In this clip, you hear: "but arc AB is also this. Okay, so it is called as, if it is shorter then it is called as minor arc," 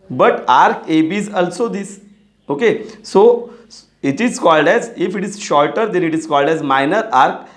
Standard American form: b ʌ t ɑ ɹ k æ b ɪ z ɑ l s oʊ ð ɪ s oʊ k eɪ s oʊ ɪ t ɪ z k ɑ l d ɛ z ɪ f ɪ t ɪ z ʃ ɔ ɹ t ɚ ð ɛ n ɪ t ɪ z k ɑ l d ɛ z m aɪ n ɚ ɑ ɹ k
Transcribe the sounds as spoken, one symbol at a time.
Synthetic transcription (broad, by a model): b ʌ t ɑ ɹ k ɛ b ɪ z ɑ l s oʊ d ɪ s oʊ k eɪ s oʊ ɪ t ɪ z k ɑ l d ɛ z ɪ f ɪ t ɪ z ʃ ɔ ɹ t ɚ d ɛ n ɪ t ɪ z k ɑ l d ɛ z m aɪ n ɚ ɑ ɹ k